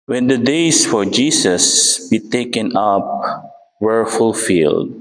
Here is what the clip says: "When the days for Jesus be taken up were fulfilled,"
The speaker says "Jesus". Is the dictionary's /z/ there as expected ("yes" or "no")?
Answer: no